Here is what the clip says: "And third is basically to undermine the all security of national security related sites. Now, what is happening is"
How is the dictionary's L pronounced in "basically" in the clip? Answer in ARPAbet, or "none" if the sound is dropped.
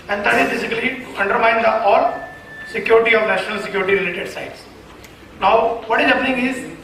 none